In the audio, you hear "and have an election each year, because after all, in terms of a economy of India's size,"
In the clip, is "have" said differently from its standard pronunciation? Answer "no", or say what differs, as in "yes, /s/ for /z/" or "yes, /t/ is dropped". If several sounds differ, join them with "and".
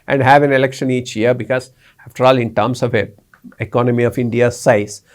no